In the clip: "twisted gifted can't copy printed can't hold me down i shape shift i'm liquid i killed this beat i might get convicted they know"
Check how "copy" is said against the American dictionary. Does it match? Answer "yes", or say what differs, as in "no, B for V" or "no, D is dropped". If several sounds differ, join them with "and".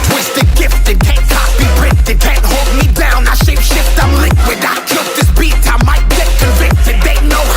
no, B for P